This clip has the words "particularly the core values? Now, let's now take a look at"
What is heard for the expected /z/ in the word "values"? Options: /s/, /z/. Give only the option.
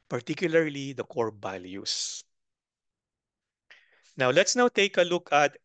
/s/